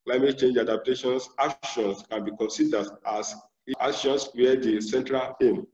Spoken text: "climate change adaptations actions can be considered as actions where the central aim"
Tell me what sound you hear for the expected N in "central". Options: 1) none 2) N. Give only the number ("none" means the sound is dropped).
2